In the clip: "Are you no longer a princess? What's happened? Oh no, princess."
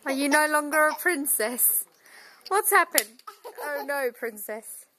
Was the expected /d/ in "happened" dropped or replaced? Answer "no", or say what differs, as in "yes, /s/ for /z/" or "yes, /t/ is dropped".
yes, /d/ is dropped